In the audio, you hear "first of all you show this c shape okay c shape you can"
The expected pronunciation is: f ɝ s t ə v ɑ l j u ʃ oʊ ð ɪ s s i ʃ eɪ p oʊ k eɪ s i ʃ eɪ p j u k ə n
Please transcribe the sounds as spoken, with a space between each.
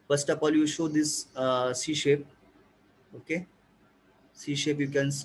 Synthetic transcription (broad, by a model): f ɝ s t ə p ɑ l j u ʃ oʊ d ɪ s s i ʃ eɪ p oʊ k eɪ s i ʃ eɪ p j u k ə n